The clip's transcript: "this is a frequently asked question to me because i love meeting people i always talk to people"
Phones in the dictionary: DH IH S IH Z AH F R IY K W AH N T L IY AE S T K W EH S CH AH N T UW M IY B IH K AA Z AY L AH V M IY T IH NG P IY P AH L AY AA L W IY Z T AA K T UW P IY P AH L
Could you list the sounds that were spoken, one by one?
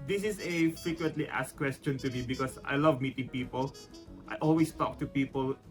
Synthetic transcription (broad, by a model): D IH S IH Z AH F R IY K W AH N T L IY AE S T K W EH S CH AH N T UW M IY B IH K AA S AY L AH V M IY T IH NG P IY P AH L AY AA L W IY S T AA K T UW P IY P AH L